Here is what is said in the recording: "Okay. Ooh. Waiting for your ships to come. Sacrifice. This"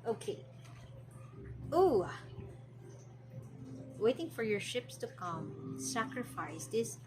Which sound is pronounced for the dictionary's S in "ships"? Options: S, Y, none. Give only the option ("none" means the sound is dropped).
S